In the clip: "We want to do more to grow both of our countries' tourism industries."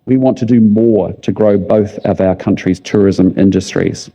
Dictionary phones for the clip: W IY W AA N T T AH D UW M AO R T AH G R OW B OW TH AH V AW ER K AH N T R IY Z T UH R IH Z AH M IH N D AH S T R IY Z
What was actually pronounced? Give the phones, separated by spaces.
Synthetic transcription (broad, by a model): W IY W AA N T T AH D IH M AO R T AH G R OW B OW TH AH V AW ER K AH N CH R IY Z T UH R IH Z AH M IH N D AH S T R IY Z